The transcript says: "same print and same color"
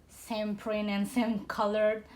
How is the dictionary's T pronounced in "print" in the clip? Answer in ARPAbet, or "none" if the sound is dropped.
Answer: none